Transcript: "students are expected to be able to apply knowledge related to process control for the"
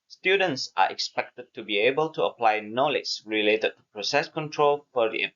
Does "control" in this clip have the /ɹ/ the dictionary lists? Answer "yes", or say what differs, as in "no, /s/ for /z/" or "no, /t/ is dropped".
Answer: yes